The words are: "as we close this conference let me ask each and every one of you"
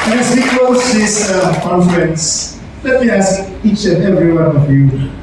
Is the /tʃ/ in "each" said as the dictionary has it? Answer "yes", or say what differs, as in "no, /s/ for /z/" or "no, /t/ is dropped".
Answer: yes